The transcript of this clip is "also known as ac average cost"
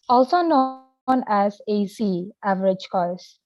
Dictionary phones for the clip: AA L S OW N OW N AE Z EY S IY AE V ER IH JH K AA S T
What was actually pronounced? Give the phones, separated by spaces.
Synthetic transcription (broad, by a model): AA L S OW N OW N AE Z EY S IY AE V ER IH JH K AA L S